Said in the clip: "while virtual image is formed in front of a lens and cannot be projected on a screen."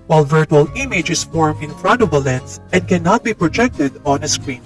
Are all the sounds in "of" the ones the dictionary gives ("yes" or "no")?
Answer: no